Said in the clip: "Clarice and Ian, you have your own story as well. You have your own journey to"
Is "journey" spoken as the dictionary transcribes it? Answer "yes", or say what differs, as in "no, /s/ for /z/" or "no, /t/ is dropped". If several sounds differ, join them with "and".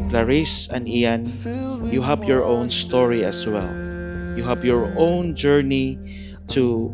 yes